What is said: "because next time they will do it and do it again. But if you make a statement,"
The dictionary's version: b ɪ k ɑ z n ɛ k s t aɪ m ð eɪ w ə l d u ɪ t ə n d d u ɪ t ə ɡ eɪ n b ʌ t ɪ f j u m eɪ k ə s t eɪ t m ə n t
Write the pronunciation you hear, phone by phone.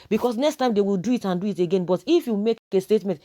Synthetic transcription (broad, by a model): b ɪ k ɑ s n ɛ k s t aɪ m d eɪ w ə l d u ɪ t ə n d d u ɪ t ə ɡ eɪ n b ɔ t ɪ f j u m eɪ k ə s t eɪ t m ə n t